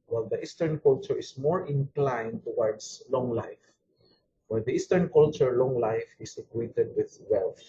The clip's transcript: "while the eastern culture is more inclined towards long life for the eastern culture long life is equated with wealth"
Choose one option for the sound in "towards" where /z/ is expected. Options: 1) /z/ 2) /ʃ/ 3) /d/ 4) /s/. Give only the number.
4